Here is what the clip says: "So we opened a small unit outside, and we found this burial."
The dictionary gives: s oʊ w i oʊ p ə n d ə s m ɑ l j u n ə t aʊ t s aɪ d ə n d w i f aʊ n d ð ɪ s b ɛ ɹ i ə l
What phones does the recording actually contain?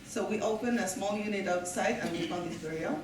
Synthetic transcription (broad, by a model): s oʊ w i oʊ p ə n ə s m ɑ l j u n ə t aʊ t s aɪ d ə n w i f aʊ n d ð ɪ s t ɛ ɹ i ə